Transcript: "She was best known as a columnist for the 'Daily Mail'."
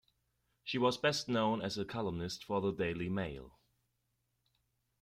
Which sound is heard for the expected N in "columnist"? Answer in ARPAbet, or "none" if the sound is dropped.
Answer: N